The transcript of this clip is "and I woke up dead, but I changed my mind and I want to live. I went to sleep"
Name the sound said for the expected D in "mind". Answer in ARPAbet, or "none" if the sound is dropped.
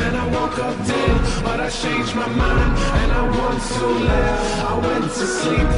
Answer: none